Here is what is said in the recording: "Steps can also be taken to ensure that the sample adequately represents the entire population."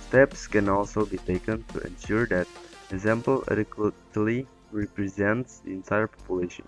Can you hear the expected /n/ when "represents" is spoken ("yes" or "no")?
yes